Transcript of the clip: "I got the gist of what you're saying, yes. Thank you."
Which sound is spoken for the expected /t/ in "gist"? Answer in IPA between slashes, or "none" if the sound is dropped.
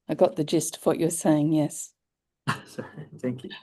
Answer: /t/